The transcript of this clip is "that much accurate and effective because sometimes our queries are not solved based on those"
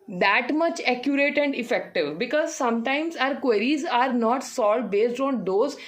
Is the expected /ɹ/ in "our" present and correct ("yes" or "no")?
yes